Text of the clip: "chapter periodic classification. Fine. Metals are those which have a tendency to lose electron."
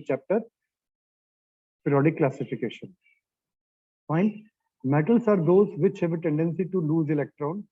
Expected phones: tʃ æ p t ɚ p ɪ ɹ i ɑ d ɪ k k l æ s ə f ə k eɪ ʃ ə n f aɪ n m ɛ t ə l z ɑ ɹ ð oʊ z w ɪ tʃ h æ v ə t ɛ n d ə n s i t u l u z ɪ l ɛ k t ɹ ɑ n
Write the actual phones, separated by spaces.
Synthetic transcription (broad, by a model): tʃ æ p t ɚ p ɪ ɹ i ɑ d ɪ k k l æ s ə f ə k eɪ ʃ ə n p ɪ n m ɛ t ə l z ɑ ɹ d oʊ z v ɪ tʃ h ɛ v ə t ɛ n d ə n s i t u l u z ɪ l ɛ k t ɹ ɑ n